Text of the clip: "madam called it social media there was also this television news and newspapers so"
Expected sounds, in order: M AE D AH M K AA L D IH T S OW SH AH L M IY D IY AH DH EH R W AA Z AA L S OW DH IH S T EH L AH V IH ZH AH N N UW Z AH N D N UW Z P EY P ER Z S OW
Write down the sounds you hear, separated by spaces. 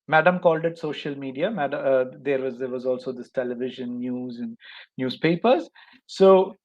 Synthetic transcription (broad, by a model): M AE D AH M K AA L D IH T S OW SH AH L M IY D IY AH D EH R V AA Z AA L S OW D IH S T EH L AH V IH ZH AH N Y UW Z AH N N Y UW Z P EY P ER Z S OW